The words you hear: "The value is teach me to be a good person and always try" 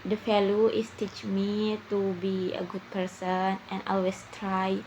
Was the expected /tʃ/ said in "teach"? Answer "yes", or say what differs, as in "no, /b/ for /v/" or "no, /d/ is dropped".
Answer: yes